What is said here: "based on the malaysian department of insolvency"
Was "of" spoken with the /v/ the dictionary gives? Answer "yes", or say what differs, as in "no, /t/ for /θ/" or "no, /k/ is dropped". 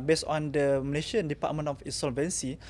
no, /f/ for /v/